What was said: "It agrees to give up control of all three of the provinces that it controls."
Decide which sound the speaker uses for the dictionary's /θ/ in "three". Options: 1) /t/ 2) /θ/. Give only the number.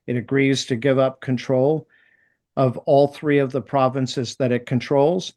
2